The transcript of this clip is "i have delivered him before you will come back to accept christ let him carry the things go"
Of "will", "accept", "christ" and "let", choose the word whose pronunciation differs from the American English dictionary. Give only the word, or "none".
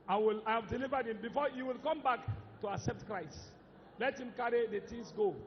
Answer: none